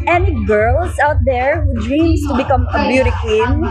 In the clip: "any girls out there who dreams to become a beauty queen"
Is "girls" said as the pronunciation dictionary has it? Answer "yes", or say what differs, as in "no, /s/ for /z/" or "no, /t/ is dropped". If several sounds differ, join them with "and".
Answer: no, /s/ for /z/